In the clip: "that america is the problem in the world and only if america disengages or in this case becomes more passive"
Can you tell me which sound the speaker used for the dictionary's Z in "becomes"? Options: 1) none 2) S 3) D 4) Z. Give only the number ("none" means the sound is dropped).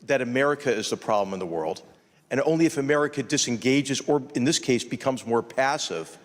4